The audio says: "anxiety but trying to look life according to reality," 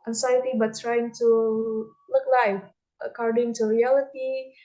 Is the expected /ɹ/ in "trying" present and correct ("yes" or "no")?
yes